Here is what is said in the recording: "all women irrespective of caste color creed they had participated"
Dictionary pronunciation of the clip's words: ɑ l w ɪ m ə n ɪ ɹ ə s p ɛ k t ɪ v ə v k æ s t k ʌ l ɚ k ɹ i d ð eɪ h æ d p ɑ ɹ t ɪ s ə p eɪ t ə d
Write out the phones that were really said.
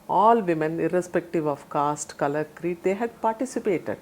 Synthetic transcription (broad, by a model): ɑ l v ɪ m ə n ɪ ɹ ə s p ɛ k t ɪ v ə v k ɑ s t k ʌ l ɚ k ɹ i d eɪ h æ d p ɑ ɹ t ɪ s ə p eɪ t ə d